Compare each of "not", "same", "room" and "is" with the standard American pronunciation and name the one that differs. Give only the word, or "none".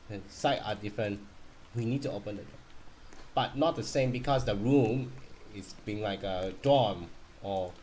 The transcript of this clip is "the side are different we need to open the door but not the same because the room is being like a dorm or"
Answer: is